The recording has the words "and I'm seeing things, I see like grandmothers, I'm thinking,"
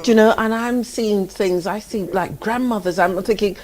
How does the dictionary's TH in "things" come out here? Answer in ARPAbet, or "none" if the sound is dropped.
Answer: TH